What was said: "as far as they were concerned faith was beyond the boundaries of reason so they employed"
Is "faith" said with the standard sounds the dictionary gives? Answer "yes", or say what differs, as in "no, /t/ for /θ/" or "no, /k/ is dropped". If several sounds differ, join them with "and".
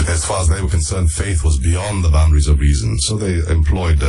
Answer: yes